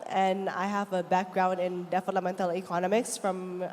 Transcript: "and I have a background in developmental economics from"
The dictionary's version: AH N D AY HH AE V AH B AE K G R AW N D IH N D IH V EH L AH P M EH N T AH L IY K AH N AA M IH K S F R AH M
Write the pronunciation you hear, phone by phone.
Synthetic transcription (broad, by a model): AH N AY HH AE V AH B AE K G R AW N D IH N D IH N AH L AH M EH N T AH L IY K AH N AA M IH K S F R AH M